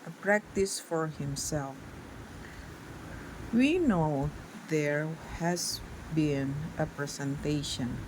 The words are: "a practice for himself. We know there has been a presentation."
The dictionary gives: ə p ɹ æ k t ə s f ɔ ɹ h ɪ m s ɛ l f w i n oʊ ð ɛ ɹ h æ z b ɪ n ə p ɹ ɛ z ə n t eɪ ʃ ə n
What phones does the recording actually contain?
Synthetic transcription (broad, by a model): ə p ɹ æ k t ə s f ɔ ɹ h ɪ m s ɛ l f w i n oʊ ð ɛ ɹ h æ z b ɪ n ə p ɹ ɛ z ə n t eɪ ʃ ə n